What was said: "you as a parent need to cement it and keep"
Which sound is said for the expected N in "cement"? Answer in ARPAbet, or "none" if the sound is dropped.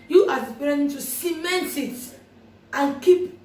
N